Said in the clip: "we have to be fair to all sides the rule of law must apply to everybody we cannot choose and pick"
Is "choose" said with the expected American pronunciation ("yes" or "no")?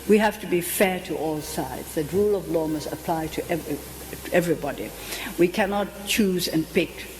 yes